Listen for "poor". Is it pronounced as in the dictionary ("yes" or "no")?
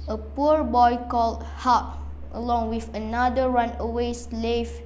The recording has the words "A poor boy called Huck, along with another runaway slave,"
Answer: yes